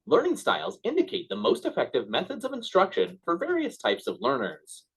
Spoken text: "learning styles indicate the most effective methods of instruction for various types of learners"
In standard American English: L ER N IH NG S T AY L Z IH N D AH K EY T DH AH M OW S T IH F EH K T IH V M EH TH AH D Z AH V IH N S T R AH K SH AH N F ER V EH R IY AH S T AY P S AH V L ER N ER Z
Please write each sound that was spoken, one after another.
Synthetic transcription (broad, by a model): L ER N IH NG S T AY L Z IH N D AH K EY T DH AH M OW S T IH F EH K T IH V M EH TH AH D Z AH V IH N S T R AH K SH AH N F ER V EH R IY AH S T AY P S AH V L ER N ER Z